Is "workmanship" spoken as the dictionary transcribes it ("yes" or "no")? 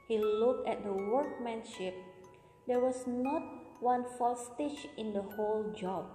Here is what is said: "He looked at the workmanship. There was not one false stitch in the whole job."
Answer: yes